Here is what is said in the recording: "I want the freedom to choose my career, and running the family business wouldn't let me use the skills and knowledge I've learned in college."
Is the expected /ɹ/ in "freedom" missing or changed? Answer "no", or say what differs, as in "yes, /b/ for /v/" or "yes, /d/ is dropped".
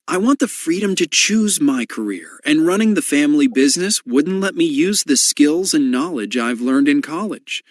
no